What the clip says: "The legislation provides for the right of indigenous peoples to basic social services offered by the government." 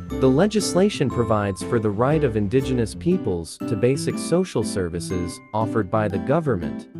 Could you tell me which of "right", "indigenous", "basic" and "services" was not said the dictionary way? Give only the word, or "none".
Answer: none